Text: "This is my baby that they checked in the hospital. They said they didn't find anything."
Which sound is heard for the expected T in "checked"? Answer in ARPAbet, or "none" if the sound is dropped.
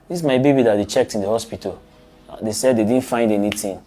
T